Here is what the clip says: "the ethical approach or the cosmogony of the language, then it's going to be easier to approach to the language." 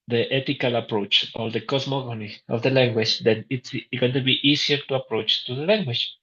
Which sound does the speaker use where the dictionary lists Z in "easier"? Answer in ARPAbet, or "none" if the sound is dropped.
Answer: S